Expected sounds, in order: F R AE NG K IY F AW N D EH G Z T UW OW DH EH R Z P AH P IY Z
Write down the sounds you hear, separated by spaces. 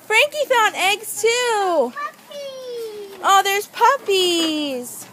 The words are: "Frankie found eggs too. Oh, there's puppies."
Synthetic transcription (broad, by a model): F R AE NG K IY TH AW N EH G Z T UW OW DH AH R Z P AH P IY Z